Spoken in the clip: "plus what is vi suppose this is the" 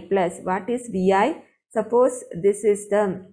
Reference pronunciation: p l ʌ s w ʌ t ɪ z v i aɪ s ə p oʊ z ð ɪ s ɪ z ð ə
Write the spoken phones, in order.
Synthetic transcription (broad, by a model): p l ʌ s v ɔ t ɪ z v i aɪ s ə p oʊ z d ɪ s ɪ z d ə